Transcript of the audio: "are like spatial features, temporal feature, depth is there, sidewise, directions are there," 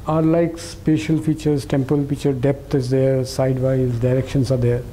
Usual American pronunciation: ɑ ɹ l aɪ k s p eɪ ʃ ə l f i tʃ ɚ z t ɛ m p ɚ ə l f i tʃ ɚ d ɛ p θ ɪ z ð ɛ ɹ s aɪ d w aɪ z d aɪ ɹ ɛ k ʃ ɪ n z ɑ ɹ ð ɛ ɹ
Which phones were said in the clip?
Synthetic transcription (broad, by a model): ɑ ɹ l aɪ k s p eɪ ʃ ə l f i tʃ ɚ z t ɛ m p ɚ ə l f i tʃ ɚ d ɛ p t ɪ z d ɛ ɹ s aɪ d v aɪ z d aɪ ɹ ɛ k ʃ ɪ n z ɑ ɹ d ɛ ɹ